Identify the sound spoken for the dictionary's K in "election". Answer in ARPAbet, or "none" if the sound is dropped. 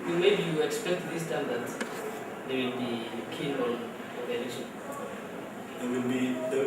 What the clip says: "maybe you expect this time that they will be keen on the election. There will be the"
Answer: none